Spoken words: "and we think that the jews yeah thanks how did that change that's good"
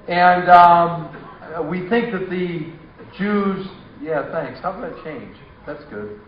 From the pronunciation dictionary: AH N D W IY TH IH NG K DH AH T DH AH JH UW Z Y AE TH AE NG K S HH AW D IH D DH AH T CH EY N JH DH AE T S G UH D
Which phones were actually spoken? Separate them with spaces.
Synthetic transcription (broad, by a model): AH N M W IY TH IH NG K DH AH T DH AH JH UW Z Y AE TH AE NG K S HH AW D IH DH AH T CH EY N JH DH AE T S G UH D